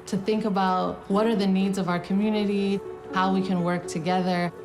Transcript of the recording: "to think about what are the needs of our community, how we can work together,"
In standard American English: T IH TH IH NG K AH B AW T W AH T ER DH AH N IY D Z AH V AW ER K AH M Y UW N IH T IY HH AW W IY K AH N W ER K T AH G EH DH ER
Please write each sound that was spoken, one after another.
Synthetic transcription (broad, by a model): T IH TH IH NG K AH B AW T W AH T ER DH AH N IY D Z AH V AW ER K AH M Y UW N IH T IY HH AW W IY K AH N W ER K T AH G EH DH ER